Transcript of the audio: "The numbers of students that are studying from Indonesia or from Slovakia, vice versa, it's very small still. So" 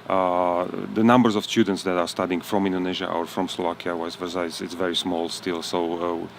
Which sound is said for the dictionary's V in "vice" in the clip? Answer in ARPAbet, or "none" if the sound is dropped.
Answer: W